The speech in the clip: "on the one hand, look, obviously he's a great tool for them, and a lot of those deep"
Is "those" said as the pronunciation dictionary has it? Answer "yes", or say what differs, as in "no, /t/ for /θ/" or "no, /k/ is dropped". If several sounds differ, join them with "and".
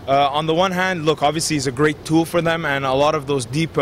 yes